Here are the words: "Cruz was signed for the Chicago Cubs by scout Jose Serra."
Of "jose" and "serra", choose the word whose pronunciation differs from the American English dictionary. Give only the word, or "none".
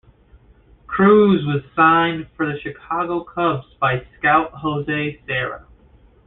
none